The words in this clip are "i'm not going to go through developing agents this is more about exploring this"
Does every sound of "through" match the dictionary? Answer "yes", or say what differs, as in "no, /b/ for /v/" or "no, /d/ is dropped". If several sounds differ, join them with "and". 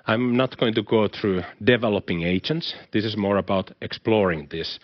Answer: yes